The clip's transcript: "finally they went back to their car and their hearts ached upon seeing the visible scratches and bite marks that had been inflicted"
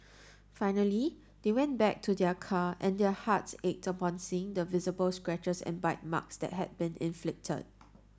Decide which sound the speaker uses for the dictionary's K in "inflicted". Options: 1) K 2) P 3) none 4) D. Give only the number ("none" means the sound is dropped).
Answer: 1